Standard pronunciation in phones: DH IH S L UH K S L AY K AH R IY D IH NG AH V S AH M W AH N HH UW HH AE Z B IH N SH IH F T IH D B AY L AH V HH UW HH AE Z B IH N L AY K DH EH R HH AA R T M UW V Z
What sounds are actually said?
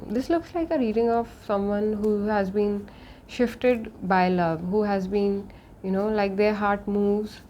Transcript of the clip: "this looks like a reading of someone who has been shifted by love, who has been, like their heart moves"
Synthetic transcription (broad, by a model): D IH S L UH K S L AY K AH R IY D IH NG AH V S AH M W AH N HH UW HH AE Z B IH N SH IH F T IH D B AY L AH V HH UW HH AE Z B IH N L AY K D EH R HH AA R T M UW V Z